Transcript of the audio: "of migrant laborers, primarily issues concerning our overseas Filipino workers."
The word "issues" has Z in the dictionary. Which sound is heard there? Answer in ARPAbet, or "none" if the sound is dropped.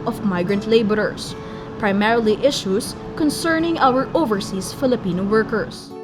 S